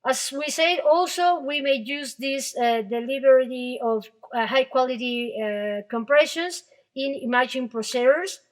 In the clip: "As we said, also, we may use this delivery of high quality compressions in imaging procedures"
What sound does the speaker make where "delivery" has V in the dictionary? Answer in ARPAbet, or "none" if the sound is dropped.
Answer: B